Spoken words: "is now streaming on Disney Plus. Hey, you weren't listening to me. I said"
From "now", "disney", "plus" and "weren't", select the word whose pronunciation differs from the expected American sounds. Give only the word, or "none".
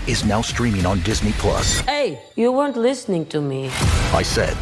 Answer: none